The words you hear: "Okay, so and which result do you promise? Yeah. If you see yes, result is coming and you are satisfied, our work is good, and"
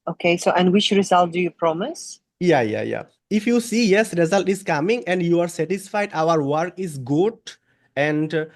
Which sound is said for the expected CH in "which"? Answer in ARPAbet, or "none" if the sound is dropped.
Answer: CH